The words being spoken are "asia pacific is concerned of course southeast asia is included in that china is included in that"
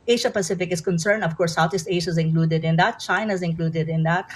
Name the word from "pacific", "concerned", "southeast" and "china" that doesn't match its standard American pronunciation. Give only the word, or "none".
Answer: southeast